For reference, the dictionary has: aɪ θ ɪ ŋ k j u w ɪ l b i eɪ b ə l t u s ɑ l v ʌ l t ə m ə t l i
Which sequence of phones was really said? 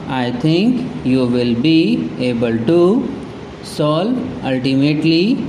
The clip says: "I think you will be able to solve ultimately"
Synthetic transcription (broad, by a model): aɪ t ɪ ŋ k j u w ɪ l b i eɪ b ə l t u s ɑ l ʌ l t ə m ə t l i